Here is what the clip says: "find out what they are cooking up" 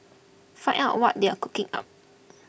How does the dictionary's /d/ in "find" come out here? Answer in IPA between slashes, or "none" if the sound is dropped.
none